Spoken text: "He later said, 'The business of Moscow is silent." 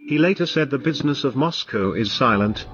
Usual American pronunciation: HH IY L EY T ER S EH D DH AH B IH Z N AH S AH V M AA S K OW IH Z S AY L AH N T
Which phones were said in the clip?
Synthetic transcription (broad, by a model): HH IY L EY T ER S EH D DH AH B IH Z N AH S AH V M AA S K OW IH Z S AY L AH N T